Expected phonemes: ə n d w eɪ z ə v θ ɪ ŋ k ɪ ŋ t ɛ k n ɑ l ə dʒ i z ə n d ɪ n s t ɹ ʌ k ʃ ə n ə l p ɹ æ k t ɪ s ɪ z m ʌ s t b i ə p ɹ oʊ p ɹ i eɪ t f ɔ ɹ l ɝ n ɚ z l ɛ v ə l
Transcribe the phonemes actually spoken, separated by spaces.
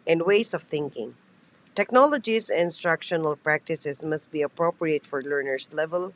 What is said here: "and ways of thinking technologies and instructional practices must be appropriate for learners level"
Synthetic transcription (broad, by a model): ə n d w eɪ s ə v θ ɪ ŋ k ɪ ŋ t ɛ k n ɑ l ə dʒ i s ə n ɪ n s t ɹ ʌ k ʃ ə n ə l p ɹ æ k t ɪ s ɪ s m ʌ s t b i ə p ɹ oʊ p ɹ i eɪ t f ɔ ɹ l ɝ n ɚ s l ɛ v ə l